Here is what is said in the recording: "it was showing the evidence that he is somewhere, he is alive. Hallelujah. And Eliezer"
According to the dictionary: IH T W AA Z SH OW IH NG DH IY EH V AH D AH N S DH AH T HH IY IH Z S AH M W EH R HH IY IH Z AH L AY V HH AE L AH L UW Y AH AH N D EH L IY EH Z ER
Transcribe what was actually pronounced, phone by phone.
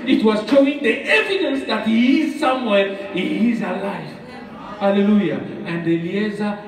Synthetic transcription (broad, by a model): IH T W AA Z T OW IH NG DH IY EH V AH D AH N S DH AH T HH IY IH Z S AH M W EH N HH IY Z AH L AY F HH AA L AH L UW Y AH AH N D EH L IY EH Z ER